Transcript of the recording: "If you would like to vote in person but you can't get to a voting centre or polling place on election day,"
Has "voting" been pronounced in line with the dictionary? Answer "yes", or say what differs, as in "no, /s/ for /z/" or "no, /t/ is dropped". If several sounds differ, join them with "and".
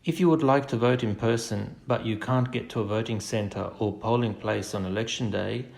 yes